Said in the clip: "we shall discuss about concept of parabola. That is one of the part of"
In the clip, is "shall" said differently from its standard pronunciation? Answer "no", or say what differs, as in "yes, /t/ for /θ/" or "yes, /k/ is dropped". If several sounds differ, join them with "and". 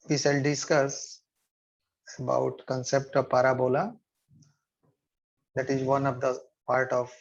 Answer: yes, /s/ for /ʃ/